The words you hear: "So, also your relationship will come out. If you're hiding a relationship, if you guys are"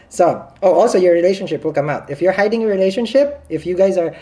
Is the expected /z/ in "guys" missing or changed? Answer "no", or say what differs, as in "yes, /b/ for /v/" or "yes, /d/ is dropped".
no